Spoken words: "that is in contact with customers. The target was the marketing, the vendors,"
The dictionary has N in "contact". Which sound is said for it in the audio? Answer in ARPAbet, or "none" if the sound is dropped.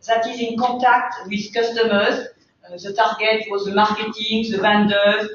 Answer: none